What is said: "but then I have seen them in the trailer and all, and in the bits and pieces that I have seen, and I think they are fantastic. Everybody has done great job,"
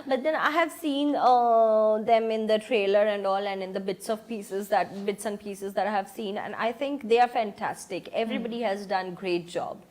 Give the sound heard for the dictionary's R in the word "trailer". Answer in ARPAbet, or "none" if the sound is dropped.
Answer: R